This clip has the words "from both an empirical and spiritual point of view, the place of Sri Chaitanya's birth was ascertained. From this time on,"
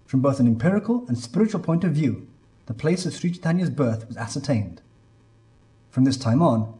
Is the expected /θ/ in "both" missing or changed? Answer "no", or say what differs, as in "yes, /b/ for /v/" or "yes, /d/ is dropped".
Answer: no